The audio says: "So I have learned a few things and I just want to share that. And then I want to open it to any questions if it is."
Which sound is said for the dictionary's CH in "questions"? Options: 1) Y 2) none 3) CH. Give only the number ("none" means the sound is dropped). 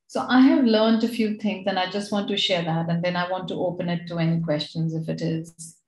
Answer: 3